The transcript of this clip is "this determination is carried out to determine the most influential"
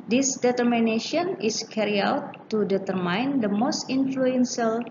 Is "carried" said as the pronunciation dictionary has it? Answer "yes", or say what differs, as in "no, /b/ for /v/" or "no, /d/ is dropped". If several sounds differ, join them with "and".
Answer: no, /d/ is dropped